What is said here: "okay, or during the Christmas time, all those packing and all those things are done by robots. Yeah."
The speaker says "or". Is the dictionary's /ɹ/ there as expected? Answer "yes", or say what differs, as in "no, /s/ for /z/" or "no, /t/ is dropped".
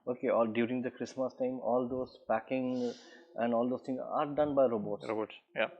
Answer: no, /l/ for /ɹ/